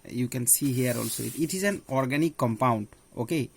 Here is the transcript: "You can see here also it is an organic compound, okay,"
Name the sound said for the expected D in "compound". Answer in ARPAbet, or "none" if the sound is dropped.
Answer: D